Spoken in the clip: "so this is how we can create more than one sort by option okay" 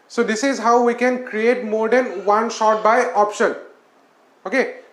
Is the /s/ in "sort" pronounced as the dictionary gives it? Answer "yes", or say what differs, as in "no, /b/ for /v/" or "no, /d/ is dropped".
no, /ʃ/ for /s/